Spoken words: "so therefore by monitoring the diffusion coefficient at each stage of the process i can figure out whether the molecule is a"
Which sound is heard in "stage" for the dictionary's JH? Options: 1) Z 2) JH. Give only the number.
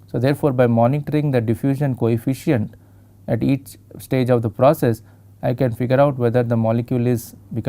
2